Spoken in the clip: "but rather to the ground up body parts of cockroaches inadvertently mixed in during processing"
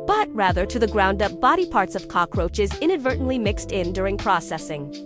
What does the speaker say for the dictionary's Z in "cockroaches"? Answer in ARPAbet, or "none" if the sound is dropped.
Z